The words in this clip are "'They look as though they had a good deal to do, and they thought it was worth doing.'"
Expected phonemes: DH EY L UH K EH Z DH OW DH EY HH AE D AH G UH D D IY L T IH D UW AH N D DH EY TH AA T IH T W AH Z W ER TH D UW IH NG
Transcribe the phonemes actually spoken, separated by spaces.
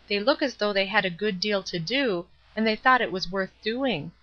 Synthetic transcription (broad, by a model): DH EY L UH K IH Z DH OW DH EY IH D AH G UH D D IY L T IH D UW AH N DH EY TH AA T IH T W AH Z W ER TH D UW IH NG